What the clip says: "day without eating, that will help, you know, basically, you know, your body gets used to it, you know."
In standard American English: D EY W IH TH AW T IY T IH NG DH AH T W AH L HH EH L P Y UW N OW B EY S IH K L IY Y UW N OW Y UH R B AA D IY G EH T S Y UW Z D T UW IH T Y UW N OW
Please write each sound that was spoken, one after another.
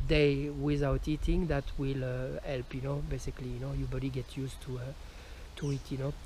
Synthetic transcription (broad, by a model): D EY W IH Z AW T IY T IH NG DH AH T W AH L HH EH L P Y UW N OW B EY S IH K L IY Y UW N OW Y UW B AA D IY G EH T Y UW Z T T UW IH T Y UW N OW